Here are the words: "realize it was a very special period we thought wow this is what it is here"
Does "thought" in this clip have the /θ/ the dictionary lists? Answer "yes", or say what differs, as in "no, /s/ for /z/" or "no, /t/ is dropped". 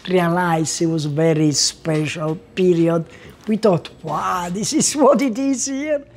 no, /t/ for /θ/